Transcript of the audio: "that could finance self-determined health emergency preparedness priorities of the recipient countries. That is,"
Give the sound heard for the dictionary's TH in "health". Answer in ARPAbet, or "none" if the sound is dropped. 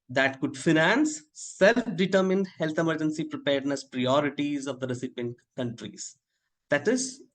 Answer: T